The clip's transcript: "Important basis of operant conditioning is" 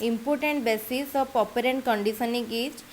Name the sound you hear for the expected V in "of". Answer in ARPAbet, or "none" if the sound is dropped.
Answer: P